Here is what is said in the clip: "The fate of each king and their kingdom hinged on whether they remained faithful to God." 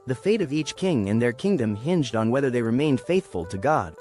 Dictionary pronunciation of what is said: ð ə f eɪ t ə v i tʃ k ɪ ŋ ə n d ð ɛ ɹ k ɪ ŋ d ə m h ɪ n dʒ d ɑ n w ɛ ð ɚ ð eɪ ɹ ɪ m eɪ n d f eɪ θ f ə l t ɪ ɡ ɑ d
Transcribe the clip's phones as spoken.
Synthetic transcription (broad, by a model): ð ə f eɪ t ə v i tʃ k ɪ ŋ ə n ð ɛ ɹ k ɪ ŋ d ə m h ɪ n dʒ d n w ɛ ð ɚ ð eɪ ɹ ɪ m eɪ n d f eɪ θ f ə l t ɪ ɡ ɑ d